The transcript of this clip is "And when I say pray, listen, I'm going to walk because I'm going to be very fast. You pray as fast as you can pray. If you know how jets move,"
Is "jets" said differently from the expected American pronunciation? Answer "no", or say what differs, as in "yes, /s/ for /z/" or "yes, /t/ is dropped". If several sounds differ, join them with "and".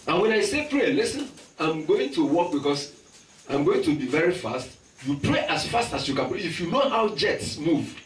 no